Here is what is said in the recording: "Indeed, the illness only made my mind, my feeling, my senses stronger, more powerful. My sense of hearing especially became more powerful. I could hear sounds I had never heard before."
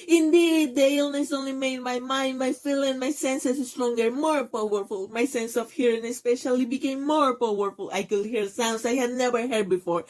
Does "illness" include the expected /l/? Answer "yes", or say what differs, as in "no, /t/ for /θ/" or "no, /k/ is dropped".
yes